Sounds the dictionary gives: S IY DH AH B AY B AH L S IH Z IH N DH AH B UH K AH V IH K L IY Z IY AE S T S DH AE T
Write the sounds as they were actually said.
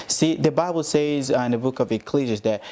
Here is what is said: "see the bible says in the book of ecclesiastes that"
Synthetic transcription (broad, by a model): S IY DH AH B AY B L S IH Z IH N DH AH B UH K AH V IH K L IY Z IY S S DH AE T